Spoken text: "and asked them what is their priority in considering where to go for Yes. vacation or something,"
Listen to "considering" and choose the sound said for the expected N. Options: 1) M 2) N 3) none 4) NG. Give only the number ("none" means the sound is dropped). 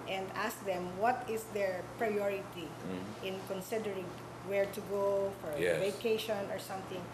2